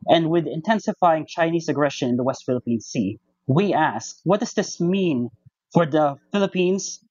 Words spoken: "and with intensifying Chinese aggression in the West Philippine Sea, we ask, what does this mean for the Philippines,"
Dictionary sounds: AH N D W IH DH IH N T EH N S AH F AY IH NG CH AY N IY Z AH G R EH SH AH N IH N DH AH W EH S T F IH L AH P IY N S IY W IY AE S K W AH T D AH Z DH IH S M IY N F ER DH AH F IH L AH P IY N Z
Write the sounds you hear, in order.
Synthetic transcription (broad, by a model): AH N D W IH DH IH N T EH N S AH F AY IH NG CH AY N IY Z AH G R EH SH AH N IH N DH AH W EH S T F IH L AH P IY N S IY W IY AE S K W AH T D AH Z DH IH S M IY N F ER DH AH F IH L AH P IY N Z